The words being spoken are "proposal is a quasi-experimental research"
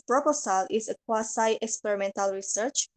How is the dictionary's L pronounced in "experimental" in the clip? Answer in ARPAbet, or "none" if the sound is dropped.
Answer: L